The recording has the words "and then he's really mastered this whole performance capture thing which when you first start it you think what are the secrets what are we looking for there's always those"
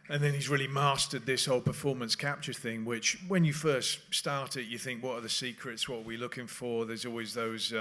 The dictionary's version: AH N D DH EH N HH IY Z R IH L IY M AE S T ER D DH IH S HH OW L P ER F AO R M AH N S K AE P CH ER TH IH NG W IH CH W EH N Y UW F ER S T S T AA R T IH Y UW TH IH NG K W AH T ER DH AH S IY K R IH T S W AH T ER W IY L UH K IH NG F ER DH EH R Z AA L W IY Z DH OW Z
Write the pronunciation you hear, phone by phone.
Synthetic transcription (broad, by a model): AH N DH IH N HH IY Z R IH L IY M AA S T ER D DH IH S HH OW L P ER F AO R M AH N S K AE P CH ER TH IH NG W IH CH W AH N Y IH F ER S T S T AA R T IH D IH TH IH NG K W AH T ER DH AH S IY K R IH T S W AH T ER W IY L UH K IH NG F ER DH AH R Z AA L W IY Z DH OW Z